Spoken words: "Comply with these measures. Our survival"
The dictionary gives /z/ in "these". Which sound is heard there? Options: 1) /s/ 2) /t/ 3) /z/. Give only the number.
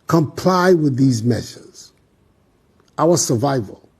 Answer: 3